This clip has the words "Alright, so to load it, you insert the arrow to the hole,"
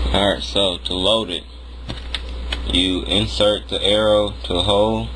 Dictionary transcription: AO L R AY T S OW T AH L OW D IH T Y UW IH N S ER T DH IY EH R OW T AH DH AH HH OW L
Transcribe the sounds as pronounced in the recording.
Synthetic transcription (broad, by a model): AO R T S OW T AH L OW D IH T Y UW IH N S ER T DH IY EH R OW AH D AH HH OW L